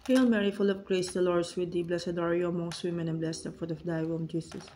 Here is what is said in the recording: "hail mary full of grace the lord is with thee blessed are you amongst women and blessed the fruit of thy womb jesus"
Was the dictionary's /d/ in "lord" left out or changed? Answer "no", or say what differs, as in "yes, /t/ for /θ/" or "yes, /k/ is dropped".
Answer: no